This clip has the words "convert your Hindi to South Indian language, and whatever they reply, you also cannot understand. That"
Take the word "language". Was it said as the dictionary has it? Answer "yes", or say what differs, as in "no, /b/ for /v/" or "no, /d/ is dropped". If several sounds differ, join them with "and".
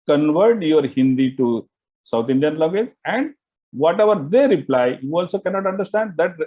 no, /ŋ/ is dropped